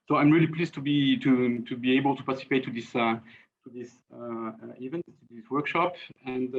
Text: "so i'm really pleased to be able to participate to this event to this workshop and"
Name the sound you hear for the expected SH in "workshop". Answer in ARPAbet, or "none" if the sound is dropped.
SH